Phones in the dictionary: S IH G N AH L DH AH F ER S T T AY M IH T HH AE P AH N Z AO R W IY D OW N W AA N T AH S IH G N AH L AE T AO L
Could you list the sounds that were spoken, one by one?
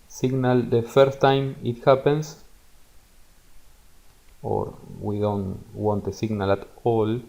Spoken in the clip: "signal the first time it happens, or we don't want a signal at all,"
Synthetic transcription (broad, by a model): S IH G N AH L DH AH F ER S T T AY M IH T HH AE P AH N S AO R W IY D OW N W AA N T AH S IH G N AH L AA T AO L